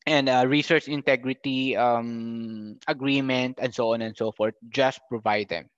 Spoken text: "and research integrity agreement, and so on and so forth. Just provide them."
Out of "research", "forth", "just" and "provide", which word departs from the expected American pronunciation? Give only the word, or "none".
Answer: forth